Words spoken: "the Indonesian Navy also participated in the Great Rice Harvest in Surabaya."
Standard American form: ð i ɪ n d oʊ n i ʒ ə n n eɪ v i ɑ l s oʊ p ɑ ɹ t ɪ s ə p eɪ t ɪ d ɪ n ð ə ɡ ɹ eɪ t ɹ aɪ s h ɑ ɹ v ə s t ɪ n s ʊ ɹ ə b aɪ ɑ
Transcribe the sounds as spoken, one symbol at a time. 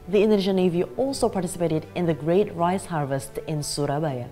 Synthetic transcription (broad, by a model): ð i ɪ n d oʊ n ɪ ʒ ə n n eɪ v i ɑ l s oʊ p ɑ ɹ t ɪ s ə p eɪ t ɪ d ɪ n ð ə ɡ ɹ eɪ t ɹ aɪ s h ɑ ɹ v ə s t ɪ n s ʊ ɹ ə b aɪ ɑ